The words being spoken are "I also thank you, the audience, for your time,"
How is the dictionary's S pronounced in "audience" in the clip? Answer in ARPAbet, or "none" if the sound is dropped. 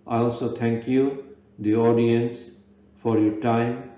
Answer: S